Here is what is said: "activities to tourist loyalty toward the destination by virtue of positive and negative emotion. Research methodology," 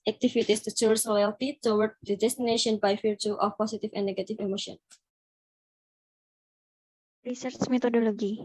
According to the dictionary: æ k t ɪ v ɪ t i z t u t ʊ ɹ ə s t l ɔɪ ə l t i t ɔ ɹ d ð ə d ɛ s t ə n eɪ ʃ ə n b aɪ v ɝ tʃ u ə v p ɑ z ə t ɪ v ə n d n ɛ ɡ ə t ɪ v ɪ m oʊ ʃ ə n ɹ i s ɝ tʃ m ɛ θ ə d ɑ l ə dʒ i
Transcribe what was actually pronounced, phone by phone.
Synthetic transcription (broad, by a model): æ k t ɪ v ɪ t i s t u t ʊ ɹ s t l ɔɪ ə l t i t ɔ w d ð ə d ɛ s t ə n eɪ ʃ ə n b aɪ f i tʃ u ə f p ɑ s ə t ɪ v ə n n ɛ ɡ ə t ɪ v ɪ m oʊ ʃ ə n ɹ i s ɝ tʃ m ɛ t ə d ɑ l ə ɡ i